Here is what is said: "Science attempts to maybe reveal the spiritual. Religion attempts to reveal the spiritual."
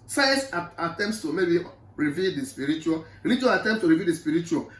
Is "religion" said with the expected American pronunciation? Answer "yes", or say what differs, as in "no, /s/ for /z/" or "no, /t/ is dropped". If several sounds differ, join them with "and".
no, /n/ is dropped